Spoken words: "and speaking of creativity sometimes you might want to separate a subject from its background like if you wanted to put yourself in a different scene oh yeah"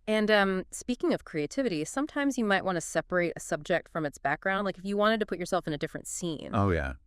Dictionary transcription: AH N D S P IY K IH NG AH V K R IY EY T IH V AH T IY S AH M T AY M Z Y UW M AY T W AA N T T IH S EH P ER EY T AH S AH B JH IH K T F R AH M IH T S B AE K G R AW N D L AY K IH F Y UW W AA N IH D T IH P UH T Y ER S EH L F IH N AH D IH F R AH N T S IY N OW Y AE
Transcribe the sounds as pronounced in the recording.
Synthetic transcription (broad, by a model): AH N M S P IY K IH NG AH V K R IY EY T IH V AH T IY S AH M T AY M Z Y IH M AY T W AA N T T IH S EH P ER EY T AH S AH B JH IH K T F R AH M IH T S B AE K G R AW N D L AY K IH F Y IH W AA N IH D T IH P UH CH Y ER S EH L F IH N AH D IH F R AH N T S IY N OW Y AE